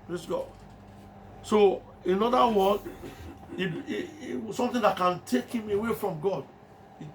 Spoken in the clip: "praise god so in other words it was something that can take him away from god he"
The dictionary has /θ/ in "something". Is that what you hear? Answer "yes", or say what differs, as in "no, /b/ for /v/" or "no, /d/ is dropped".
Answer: no, /t/ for /θ/